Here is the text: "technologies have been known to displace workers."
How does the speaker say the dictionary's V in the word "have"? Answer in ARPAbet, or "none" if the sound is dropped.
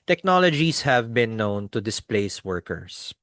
V